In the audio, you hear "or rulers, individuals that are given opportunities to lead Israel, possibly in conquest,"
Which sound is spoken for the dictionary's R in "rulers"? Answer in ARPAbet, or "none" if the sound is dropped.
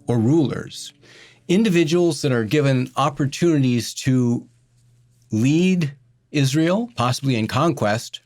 R